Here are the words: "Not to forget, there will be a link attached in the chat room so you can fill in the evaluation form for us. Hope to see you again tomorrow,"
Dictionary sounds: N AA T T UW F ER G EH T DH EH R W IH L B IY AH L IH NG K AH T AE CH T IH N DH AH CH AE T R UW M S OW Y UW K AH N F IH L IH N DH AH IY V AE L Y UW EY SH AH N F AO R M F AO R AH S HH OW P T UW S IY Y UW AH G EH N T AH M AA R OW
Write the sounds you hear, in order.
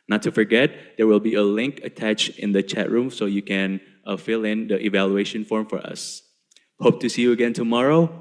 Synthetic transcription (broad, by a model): N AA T T UW F ER G EH T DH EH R W IH L B IY AH L IH NG K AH T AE CH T IH N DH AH CH AE T R UW M S OW Y UW K AH N F IH L IH N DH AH IY V AE L Y UW EY SH AH N F AO R M F AO R AH S HH OW P T UW S IY Y UW AH G EH N T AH M AA R OW